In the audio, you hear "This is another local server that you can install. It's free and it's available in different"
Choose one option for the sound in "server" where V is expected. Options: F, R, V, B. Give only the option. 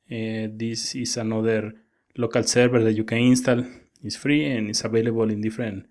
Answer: B